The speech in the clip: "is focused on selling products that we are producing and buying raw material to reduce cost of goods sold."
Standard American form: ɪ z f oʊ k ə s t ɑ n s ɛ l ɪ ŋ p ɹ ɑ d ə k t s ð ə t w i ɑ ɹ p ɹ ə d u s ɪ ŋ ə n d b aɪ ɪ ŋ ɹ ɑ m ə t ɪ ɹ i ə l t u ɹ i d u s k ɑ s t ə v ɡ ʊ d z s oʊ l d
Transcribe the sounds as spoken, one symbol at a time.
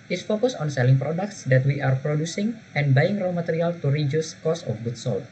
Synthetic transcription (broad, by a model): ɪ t f oʊ k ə s ɑ n s ɛ l ɪ ŋ p ɹ ɑ d ə k t s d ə t w i ɑ ɹ p ɹ ə d u s ɪ ŋ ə n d b aɪ ɪ ŋ ɹ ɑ m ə t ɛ ɹ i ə l t u ɹ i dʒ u s k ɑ s ə f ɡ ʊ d s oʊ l